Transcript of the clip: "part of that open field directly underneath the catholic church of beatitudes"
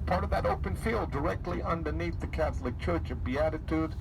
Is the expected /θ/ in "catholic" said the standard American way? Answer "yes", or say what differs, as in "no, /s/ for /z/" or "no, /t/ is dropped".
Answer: yes